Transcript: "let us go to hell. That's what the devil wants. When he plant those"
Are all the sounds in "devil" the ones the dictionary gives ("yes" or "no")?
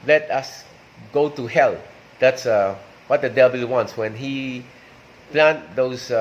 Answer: no